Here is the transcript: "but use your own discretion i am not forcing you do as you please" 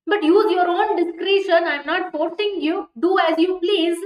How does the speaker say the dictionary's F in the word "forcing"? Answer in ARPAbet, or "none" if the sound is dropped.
P